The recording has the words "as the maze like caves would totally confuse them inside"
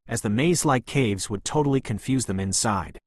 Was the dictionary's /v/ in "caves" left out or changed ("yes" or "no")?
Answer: no